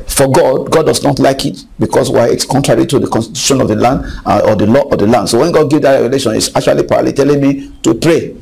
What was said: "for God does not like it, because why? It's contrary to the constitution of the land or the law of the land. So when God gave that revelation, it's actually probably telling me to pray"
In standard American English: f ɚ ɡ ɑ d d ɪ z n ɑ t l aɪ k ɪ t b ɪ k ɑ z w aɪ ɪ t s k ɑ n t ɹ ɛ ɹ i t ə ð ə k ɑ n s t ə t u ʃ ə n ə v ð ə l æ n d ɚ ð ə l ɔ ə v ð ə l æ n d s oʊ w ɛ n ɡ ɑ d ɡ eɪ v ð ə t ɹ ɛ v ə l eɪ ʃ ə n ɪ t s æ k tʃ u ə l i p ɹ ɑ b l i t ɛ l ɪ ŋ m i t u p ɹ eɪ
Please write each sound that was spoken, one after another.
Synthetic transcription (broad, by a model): f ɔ ɡ ɑ d d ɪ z n ɑ t l aɪ k ɪ t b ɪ k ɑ s w aɪ ɪ t s k ɑ n t ɹ ɛ ɹ i t ə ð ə k ɑ n s t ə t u ʃ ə n ə v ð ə l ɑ n d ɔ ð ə l ɔ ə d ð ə l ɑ n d s oʊ w ɛ n ɡ ɑ d ɡ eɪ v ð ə t ɹ ɛ v ə l eɪ ʃ ə n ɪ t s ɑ k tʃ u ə l i p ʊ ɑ l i t ɛ l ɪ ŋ m i t u p ɹ eɪ